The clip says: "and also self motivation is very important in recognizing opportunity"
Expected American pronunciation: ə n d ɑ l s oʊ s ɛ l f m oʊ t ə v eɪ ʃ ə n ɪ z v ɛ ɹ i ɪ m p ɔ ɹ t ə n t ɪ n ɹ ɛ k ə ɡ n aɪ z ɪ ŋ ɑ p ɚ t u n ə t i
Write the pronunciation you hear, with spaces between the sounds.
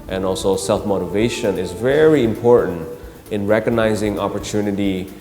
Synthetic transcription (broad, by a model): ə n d ɑ l s oʊ s ɛ l f m oʊ t ə v eɪ ʃ ə n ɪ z v ɛ ɹ i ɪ m p ɔ ɹ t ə n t ɪ n ɹ ɛ k ə ɡ n aɪ z ɪ ŋ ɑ p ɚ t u n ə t i